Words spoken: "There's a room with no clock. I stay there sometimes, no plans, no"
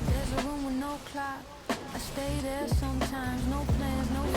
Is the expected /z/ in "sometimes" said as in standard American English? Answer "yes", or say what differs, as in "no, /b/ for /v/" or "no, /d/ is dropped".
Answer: yes